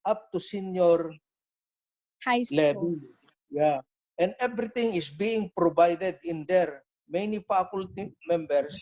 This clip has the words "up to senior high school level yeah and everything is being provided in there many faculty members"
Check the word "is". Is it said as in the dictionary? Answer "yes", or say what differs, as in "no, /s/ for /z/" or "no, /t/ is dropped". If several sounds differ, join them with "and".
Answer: no, /s/ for /z/